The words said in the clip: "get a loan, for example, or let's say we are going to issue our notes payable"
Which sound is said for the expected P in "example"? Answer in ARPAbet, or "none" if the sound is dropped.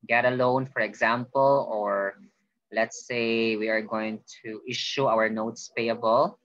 P